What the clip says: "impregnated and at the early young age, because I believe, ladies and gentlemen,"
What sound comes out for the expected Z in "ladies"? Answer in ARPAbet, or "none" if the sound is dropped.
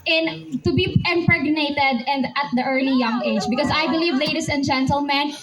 S